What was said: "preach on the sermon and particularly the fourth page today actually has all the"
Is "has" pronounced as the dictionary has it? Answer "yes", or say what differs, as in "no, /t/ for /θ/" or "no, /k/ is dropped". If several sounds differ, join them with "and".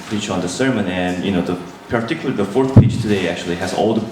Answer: yes